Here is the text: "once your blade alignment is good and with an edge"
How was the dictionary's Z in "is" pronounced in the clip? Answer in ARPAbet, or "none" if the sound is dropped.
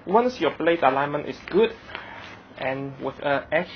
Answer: S